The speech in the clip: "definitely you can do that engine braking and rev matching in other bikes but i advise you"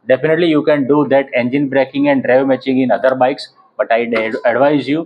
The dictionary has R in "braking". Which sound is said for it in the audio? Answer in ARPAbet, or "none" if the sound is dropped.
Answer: R